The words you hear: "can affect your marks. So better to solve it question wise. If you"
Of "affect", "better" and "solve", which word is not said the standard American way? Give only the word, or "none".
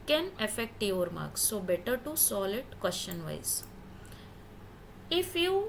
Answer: solve